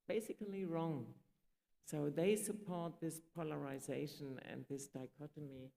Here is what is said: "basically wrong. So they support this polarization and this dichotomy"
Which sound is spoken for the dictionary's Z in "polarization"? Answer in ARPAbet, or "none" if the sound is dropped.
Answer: Z